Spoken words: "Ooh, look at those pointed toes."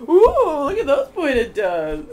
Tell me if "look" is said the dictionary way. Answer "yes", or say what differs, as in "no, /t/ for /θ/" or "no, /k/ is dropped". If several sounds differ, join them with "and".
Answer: yes